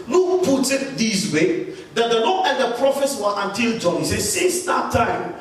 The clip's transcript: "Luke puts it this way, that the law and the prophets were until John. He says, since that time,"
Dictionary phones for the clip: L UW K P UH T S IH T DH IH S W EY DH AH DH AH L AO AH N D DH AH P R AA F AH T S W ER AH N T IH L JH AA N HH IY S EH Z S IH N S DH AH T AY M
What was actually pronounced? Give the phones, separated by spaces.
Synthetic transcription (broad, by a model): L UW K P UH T IH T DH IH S W EY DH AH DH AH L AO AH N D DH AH P R AA F AH T S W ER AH N T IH L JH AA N HH IY S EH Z S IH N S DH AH T AY M